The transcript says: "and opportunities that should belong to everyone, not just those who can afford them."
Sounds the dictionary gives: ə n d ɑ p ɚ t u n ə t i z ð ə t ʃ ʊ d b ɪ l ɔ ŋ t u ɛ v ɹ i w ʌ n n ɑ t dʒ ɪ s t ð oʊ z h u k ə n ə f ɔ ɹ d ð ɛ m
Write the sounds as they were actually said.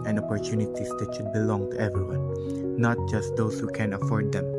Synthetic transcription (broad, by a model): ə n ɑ p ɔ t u n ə t i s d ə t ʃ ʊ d b ɪ l ɔ ŋ t u ɛ v ɹ i w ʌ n n ɑ t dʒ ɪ s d oʊ s h u k ə n ə f ɔ ɹ d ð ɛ m